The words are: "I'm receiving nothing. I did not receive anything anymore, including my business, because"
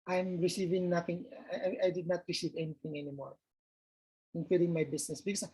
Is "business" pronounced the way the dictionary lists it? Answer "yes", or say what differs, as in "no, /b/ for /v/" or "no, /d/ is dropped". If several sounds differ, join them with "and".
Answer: no, /s/ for /z/